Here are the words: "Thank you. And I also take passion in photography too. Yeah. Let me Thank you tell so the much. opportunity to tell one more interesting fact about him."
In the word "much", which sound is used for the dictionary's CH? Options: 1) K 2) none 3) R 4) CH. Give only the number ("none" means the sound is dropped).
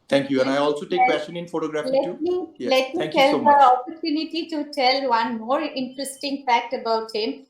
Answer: 2